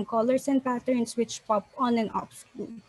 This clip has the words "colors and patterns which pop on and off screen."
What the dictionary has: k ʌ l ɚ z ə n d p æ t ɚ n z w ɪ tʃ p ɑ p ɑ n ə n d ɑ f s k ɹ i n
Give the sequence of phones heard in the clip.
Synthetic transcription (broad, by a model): k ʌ l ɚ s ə n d p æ t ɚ n s w ɪ tʃ p ɑ p ɑ n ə n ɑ p s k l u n